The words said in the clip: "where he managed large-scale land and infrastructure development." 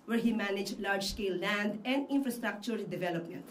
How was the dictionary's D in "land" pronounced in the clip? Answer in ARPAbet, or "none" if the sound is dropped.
D